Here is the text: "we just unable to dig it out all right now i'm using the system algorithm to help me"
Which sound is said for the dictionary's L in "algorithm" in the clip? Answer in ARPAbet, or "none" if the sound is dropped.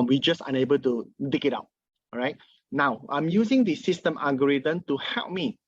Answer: none